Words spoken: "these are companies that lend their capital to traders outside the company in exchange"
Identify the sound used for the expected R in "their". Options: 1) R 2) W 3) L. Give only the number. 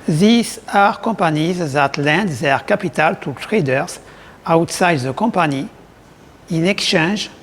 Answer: 1